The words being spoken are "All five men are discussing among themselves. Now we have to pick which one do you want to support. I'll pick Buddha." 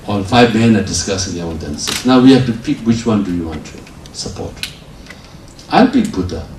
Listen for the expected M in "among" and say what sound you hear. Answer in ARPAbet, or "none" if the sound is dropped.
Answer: none